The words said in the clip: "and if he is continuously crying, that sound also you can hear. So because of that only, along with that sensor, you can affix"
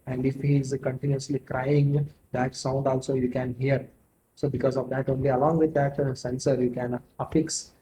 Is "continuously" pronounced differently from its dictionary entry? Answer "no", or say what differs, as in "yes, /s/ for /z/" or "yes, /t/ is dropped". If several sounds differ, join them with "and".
no